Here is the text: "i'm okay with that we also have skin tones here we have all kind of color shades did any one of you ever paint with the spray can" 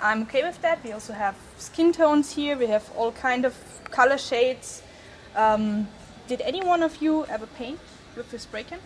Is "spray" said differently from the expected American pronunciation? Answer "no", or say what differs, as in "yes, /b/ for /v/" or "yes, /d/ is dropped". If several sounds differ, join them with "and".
yes, /b/ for /p/